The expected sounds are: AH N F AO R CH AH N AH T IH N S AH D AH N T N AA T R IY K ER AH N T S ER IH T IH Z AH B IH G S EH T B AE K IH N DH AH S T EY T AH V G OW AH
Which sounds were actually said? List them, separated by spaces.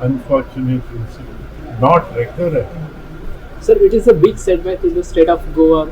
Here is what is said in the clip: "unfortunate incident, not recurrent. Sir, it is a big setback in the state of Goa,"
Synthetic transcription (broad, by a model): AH N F AO R CH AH N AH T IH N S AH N N AA T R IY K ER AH T S ER IH T IH Z AH B IH G S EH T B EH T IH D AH S T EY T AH F G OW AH